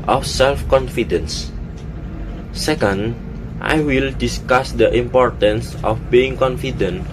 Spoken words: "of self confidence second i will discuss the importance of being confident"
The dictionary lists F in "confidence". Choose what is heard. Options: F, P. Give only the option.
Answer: F